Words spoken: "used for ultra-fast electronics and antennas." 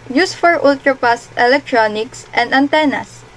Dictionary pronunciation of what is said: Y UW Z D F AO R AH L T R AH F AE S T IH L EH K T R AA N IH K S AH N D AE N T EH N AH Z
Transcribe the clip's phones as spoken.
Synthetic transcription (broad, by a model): Y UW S F AO R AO L T R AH P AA S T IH L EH K T R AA N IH K S AH N D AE N T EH N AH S